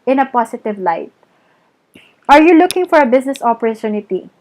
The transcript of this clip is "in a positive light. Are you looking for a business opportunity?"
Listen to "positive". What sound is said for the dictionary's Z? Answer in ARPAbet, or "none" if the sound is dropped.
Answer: S